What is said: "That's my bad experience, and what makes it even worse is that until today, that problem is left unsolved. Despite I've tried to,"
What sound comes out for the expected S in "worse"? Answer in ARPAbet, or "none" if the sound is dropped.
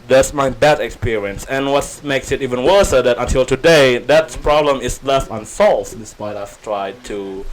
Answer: S